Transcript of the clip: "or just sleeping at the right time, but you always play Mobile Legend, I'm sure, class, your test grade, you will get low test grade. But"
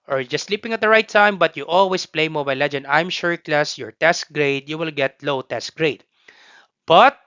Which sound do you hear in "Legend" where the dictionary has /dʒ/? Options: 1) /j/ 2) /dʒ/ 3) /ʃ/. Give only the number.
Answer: 2